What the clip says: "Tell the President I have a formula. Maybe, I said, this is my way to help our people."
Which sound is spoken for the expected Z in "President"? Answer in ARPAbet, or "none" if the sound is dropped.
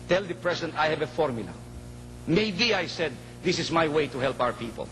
S